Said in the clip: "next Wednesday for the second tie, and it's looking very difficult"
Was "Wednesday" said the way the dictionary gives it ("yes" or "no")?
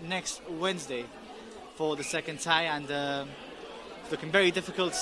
yes